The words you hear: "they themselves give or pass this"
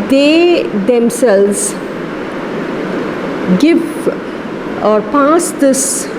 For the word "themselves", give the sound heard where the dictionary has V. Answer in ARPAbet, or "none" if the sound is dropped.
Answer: none